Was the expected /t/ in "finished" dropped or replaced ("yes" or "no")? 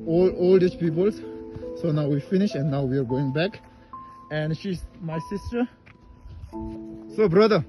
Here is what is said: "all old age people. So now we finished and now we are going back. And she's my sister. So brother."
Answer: yes